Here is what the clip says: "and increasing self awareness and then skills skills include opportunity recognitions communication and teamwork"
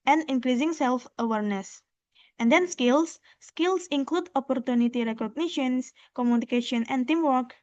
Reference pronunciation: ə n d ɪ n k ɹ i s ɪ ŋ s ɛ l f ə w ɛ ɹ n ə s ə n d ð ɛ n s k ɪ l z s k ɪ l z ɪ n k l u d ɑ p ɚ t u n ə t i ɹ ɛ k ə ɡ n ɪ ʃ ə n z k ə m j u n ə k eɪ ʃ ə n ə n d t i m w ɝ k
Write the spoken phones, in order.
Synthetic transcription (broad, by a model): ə n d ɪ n k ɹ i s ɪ ŋ s ɛ l f ə w ɛ ɹ n ə s ə n d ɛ n s k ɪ l s k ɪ l s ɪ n k l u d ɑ p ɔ t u n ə t i ɹ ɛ k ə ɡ n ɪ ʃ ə n s k ə m j u n ə k eɪ ʃ ə n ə n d t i m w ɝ k